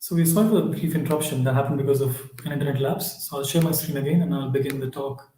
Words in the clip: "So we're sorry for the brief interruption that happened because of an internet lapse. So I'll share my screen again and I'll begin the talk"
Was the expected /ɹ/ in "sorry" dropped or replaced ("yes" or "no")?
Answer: yes